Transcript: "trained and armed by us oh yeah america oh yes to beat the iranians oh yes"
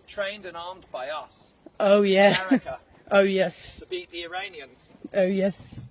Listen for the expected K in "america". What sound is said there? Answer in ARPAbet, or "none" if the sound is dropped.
none